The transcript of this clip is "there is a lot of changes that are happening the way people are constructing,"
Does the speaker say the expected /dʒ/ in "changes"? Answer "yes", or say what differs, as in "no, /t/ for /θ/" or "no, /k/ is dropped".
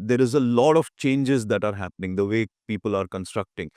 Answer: yes